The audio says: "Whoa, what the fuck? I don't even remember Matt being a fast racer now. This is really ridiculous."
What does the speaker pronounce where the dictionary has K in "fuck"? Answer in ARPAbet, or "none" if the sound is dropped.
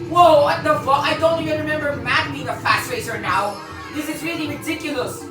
none